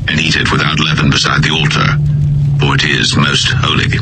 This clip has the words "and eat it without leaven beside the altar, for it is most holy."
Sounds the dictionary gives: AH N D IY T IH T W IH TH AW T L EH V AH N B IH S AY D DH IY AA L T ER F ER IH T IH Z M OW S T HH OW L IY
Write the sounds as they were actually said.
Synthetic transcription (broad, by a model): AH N IY T IH T W IH TH AW T L EH V AH N B IH S AY D DH IY AA L T ER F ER IH T IH Z M OW S T HH OW L IY